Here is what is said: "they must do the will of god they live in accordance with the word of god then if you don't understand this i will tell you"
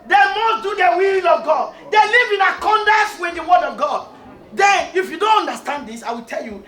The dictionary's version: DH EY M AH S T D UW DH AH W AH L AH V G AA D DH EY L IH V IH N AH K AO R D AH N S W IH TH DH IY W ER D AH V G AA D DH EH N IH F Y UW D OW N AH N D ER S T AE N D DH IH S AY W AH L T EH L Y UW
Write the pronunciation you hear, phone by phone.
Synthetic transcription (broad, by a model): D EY M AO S D UW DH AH W AH L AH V G AA D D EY L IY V IH N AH K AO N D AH S W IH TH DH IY W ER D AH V G AA D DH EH N IH F Y UW D OW N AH N D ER S T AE N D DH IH S AY W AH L T EH L Y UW